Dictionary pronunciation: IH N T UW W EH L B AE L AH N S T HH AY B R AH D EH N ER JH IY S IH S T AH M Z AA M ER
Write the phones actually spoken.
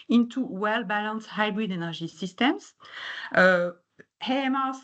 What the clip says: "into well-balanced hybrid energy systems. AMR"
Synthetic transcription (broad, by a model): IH N T UW W EH L B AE L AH N S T HH AY B R AH D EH N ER ZH IY S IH S T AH M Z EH M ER